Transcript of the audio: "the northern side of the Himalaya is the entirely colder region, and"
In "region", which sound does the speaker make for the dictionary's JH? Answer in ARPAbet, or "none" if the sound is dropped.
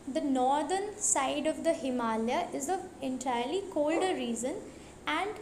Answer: Z